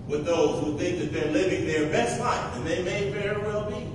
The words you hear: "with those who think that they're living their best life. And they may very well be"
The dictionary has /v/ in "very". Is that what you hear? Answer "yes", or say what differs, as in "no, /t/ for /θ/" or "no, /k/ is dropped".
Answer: no, /f/ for /v/